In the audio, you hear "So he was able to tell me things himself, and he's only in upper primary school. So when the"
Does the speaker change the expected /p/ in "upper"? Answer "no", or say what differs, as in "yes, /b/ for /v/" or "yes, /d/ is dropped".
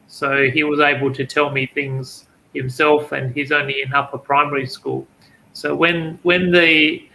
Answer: yes, /f/ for /p/